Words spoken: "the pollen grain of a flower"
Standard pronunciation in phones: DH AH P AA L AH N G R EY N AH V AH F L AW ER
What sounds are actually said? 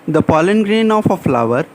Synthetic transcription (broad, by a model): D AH P AA L AH N G R EY N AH F AH F L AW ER